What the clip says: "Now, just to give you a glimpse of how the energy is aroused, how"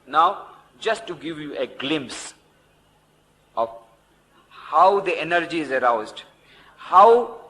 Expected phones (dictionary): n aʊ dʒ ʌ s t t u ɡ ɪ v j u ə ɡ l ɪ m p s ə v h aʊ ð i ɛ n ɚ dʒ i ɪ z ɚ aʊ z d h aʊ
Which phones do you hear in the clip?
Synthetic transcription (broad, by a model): n aʊ dʒ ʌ s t t u ɡ ɪ v j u ə ɡ l ɪ m p s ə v h aʊ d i ɛ n ɚ dʒ i ɪ z ɚ aʊ z d h aʊ